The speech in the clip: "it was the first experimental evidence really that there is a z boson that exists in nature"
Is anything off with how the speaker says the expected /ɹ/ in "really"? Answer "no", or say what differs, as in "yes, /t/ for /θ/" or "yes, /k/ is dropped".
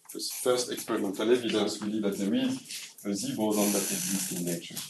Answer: yes, /w/ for /ɹ/